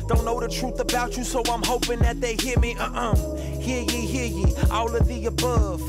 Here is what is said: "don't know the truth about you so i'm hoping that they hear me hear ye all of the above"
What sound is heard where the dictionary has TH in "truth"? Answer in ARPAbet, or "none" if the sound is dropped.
TH